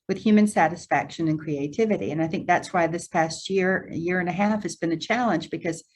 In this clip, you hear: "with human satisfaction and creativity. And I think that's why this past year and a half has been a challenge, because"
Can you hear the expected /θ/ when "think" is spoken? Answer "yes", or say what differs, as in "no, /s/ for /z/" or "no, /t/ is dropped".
yes